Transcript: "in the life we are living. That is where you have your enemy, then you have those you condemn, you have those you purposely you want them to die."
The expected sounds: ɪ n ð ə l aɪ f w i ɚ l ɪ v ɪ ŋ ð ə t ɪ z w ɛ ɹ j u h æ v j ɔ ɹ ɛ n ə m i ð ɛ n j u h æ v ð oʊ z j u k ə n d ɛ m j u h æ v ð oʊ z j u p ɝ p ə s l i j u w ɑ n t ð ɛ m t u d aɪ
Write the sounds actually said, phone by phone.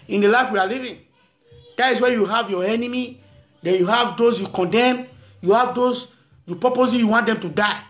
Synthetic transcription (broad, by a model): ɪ n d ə l aɪ f w i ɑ l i v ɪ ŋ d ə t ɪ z w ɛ j u h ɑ v j ɔ ɛ n ə m i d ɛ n j u h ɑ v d oʊ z j u k ə n d ɛ m j u h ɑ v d oʊ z j u p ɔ p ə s i j u w ɑ n t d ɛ m t u d aɪ